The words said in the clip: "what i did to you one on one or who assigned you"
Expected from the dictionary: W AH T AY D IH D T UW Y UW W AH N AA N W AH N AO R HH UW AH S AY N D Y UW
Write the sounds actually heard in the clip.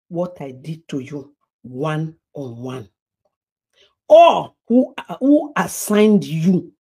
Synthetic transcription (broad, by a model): W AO T AY D IH D T UW Y UW W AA N AA N W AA N AO L HH UW AH S AY N D Y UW